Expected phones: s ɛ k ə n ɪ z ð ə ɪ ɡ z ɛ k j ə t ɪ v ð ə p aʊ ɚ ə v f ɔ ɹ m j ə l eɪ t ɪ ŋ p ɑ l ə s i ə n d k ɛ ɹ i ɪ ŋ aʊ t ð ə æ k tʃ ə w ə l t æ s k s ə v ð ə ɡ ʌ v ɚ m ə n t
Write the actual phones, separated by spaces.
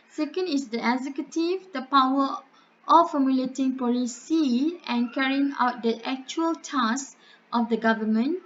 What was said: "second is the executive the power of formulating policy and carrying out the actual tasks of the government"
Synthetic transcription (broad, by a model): s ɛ k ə n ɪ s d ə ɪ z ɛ k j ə t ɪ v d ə p aʊ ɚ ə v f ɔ m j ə l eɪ t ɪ ŋ p ɑ l ə s i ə n k ɛ ɹ i ɪ ŋ aʊ t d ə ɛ k tʃ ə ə l t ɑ s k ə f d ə ɡ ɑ v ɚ m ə n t